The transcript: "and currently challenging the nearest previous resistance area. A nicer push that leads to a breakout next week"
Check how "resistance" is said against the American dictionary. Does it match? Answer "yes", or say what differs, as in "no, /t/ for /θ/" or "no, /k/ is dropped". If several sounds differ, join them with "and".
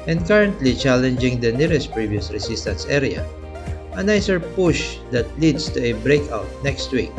no, /s/ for /z/